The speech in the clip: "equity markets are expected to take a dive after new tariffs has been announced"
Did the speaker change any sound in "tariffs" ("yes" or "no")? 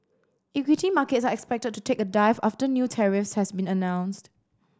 no